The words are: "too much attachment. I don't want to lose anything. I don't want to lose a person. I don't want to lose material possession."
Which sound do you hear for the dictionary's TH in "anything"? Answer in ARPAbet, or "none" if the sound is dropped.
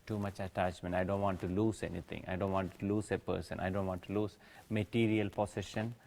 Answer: T